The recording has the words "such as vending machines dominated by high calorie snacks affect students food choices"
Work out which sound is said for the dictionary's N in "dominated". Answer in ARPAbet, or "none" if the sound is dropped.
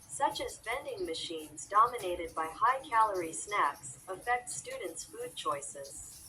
N